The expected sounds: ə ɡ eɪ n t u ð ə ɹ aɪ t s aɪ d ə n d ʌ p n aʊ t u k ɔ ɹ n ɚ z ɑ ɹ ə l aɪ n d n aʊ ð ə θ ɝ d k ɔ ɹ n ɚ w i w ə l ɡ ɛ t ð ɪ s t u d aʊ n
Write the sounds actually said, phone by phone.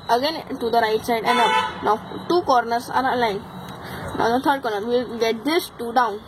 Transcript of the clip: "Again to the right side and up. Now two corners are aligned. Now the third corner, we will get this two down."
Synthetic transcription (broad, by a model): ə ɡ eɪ n t u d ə ɹ aɪ t s aɪ d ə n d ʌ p n aʊ t u k ɔ ɹ n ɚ s ɑ ɹ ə l aɪ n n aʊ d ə t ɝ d k ɔ ɹ n ɚ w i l ɡ ɛ t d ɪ s t u d aʊ n